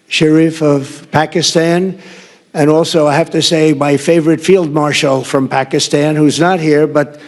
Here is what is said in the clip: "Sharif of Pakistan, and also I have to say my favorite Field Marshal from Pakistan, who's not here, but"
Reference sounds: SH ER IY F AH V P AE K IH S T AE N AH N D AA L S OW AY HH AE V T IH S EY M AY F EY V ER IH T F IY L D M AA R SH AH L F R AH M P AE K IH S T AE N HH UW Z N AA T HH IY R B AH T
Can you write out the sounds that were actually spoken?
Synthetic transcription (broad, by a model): SH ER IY F AH V P AE K IH S T AE N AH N AA L S OW AY HH AE F T IH S EY M AY F EY V ER IH T F IY L D M AA R SH L F R AH M P AE K IH S T AE N HH UW Z N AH T HH IY R B AH T